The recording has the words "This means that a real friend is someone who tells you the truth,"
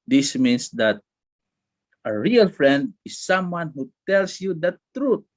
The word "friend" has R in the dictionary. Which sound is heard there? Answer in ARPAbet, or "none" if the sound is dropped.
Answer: R